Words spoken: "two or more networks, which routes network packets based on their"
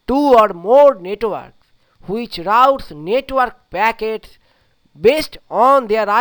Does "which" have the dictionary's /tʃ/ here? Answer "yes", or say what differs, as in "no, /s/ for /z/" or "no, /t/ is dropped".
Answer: yes